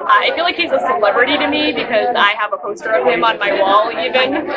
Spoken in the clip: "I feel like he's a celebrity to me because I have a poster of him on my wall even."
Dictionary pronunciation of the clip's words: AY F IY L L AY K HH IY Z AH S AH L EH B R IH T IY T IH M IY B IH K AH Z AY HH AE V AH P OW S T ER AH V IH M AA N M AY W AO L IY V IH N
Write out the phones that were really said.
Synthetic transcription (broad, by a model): AY F IY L L AY K HH IY Z AH S AH L EH B R IH T IY T IH M IY B IH K AH Z AY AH V AH P OW S T ER AH V IH M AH N M AY W AO L IY V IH N